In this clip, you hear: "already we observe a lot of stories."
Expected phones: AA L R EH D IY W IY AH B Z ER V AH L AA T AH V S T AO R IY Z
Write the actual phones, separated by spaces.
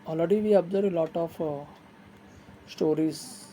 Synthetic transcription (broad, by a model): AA L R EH D IY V IY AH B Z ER AH L AA T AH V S T AO R IY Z